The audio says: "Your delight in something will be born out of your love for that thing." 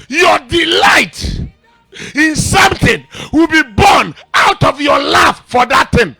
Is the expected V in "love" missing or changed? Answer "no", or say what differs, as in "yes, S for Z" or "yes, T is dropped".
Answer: yes, F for V